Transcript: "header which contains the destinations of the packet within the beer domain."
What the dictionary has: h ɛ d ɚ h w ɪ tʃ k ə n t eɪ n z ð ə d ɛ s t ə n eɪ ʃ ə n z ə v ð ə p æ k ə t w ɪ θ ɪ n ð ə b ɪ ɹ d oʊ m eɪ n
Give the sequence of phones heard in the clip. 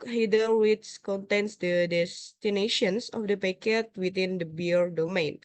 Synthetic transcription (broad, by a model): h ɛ d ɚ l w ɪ s k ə n t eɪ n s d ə d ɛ s t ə n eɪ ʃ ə n s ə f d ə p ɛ k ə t w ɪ t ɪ n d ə b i ɹ d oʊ m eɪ n